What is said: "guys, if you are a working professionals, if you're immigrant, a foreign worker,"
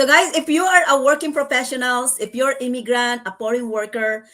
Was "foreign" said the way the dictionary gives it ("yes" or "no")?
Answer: no